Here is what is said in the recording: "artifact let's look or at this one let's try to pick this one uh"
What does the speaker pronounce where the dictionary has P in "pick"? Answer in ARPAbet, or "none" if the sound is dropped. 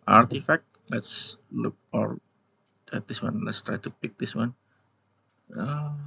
P